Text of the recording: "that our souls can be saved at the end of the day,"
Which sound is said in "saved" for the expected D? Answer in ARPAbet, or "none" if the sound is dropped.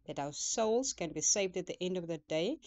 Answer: D